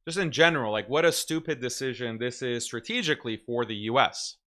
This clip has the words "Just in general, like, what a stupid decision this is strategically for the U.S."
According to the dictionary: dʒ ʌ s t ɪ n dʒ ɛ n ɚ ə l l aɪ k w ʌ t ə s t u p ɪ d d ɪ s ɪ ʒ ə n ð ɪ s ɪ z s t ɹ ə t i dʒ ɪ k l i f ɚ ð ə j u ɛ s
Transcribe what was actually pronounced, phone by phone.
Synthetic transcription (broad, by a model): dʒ ʌ s t ɪ n dʒ ɛ n ɚ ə l l aɪ k w ʌ t ə s t u p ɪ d d ɪ s ɪ ʒ ə n ð ɪ s ɪ z s t ɹ ə t i dʒ ɪ k l i f ɚ ð ə j u ɛ s